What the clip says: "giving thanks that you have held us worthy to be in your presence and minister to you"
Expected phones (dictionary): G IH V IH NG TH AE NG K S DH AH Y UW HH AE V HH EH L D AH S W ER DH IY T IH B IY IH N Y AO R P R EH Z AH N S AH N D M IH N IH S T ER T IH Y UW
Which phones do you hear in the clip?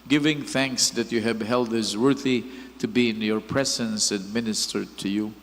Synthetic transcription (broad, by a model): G IH V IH NG TH AE NG K S DH AH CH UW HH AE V HH EH L D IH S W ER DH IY T IH B IY IH N Y AO R P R EH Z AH N S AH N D M IH N IH S T ER T IH Y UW